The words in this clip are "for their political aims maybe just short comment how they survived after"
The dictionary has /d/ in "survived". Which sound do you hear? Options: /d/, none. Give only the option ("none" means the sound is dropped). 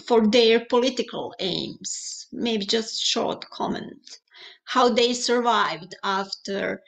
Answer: /d/